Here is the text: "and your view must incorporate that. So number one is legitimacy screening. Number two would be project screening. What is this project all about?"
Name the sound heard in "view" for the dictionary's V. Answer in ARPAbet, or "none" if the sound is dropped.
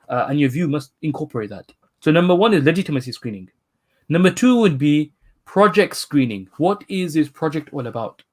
V